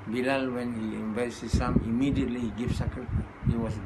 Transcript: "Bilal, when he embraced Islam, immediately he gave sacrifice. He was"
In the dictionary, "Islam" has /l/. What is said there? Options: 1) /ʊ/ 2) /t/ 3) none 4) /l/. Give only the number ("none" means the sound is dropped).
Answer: 3